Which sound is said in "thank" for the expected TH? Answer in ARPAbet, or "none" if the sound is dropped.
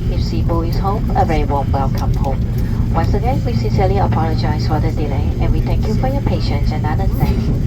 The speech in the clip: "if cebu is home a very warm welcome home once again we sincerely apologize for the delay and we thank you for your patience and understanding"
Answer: T